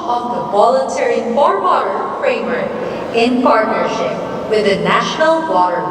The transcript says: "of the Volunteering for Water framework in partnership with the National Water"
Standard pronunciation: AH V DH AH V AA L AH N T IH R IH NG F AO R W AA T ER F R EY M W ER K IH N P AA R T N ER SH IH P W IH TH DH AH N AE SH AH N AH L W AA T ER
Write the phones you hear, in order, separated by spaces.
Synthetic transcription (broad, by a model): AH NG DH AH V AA L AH N T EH R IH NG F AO R W AA T ER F R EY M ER IH N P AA R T N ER SH IH P W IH DH AH N AE SH AH N AH L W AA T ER